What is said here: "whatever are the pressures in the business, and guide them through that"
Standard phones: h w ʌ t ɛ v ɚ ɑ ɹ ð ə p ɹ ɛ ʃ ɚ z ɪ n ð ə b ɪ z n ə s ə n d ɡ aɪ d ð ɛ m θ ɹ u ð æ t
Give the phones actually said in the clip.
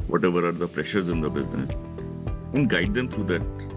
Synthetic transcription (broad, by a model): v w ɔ t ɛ v ɚ ɑ ɹ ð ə p ɹ ɛ ʃ ɚ z ɪ n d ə b ɪ z n ə s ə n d ɡ aɪ d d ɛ m t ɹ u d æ t